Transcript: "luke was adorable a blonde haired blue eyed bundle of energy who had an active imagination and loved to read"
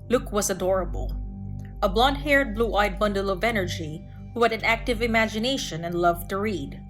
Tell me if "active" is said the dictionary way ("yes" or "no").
yes